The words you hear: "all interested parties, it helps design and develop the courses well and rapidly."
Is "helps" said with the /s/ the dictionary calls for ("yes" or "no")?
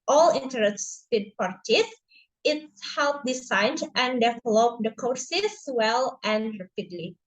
no